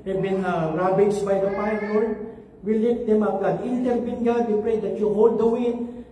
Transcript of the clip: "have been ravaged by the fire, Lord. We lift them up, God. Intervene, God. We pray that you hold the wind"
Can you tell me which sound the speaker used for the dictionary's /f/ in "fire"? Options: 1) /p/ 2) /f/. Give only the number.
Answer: 1